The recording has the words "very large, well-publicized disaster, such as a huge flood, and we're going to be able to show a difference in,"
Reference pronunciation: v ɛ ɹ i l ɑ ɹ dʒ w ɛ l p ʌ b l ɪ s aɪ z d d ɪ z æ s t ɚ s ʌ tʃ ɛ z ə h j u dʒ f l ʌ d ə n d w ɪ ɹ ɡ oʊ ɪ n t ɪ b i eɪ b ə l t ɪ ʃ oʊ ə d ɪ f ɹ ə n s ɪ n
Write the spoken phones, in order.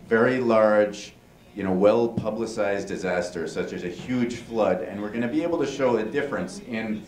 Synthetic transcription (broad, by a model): v ɛ ɹ i l ɑ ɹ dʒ w ɛ l p ʌ b l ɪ s aɪ z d d ɪ z æ s t ɚ s ʌ tʃ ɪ z ə h j u dʒ f l ʌ d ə n w ɪ ɹ ɡ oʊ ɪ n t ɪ b i eɪ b l t ɪ ʃ oʊ ə d ɪ f ɹ ə n s ɪ n